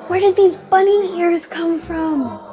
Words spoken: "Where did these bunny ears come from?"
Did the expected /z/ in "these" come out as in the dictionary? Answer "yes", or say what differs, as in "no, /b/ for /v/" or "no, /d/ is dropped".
yes